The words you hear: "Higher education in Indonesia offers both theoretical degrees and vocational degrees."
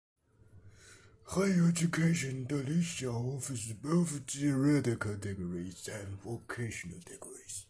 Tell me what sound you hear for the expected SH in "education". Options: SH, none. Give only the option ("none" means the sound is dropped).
none